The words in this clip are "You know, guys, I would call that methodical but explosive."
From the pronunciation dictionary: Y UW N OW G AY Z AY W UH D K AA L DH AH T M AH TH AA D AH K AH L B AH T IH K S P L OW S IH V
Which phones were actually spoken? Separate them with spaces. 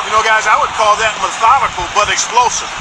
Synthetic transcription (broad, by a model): Y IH N OW G AY Z AY W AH D K AA L DH AH T M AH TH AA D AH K L B AH T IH K S P L OW S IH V